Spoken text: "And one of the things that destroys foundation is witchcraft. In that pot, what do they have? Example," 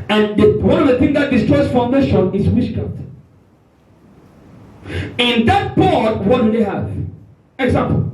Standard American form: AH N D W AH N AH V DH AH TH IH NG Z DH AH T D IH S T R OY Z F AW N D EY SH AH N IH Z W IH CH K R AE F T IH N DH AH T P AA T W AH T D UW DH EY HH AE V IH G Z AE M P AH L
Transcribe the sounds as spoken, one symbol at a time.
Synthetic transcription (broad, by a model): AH N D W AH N AH V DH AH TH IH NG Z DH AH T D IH S T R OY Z F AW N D EY SH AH N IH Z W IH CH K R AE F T IH N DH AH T B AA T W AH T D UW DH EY HH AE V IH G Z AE M P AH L